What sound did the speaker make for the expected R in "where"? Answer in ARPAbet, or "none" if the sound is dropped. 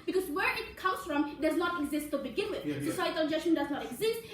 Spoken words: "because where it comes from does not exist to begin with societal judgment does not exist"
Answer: R